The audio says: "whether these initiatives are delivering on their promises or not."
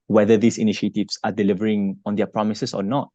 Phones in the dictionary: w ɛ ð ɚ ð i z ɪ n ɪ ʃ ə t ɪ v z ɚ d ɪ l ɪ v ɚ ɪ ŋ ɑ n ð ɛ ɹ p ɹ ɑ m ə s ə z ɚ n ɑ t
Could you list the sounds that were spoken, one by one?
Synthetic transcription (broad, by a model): w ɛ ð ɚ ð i s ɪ n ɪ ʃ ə t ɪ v s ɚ d ɪ l ɪ v ɚ ɪ ŋ ɑ n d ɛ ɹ p ɹ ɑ m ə s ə s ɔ n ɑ t